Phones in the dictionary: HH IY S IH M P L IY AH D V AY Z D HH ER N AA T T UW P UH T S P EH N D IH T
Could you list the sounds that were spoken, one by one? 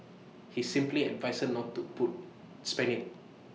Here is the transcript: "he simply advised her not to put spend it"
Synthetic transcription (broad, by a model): HH IY S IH M P L IY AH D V AY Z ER N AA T T UW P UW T S P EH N IH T